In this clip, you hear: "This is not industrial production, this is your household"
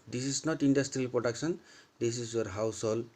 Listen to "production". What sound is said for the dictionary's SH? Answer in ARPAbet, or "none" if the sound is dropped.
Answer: S